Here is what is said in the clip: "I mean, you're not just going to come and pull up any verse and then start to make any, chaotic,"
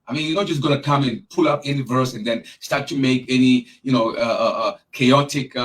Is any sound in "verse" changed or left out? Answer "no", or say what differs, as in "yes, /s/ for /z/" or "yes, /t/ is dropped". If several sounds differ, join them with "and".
no